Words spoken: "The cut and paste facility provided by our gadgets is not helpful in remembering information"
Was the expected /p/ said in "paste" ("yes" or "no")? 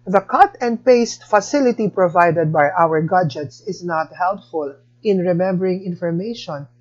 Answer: yes